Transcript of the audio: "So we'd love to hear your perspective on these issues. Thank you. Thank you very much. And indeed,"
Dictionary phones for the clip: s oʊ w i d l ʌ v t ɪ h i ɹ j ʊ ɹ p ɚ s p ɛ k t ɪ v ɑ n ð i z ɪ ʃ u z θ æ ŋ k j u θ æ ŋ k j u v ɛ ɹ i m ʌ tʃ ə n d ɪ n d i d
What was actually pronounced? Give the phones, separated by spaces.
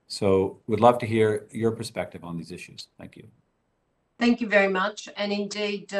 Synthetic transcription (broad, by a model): s oʊ w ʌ d l ʌ v t ɪ h i ɹ j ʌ ɹ p ɚ s p ɛ k t ɪ v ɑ n ð i z ɪ ʃ u z θ æ ŋ k j u θ æ ŋ k j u v ɛ ɹ i m ʌ tʃ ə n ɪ n d i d